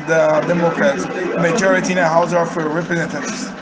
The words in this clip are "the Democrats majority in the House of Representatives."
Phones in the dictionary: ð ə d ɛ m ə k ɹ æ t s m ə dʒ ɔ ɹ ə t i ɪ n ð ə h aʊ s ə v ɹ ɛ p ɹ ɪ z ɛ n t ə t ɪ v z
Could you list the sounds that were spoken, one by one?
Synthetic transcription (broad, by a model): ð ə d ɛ m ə k ɹ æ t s m ə dʒ ɔ ɹ ə t i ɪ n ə h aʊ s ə f ɹ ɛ p ɹ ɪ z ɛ n t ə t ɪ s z